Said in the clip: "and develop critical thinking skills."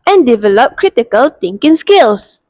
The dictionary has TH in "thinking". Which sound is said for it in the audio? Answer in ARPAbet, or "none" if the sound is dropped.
T